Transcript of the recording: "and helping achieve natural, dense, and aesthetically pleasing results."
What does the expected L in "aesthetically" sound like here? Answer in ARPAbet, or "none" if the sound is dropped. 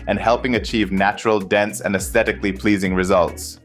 L